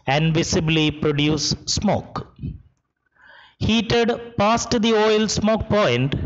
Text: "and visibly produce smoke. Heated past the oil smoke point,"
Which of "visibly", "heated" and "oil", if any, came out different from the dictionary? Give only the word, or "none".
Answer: visibly